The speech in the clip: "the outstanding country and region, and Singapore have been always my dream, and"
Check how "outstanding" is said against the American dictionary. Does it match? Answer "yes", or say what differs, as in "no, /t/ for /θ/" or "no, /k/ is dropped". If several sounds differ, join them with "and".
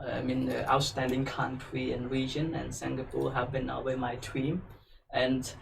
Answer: yes